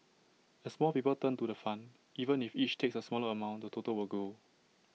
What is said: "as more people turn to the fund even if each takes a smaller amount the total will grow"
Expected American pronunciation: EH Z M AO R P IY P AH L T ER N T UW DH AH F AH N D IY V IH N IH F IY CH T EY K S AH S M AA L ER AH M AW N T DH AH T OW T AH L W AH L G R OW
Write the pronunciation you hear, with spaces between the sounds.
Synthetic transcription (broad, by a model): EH S M AO L P IY P AH L T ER N T UW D AH F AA N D IY V IH N IH F IY CH T EY K S AH S M AA L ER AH M AW N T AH T OW T AH L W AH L G OW